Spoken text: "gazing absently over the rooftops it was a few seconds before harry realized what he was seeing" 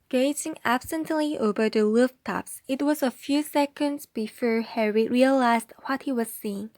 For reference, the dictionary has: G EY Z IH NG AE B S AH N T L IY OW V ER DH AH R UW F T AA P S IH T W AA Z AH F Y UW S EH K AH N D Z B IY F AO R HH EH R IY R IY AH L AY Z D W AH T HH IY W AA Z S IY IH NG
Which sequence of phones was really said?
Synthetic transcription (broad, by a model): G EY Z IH NG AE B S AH N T L IY OW V ER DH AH L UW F T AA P S IH T W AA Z AH F Y UW S EH K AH N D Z B IY F AO R HH EH R IY R IY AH L AY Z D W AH T HH IY W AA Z S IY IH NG